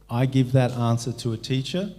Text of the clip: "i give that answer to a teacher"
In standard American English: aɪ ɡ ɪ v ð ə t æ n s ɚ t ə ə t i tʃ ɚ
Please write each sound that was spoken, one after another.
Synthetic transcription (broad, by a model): aɪ ɡ ɪ v ð ə t æ n s ɚ t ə ə t i tʃ ɚ